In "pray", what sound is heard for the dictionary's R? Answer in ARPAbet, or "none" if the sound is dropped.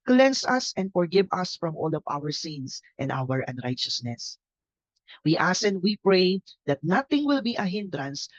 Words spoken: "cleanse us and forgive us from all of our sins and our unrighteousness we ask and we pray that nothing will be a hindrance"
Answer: R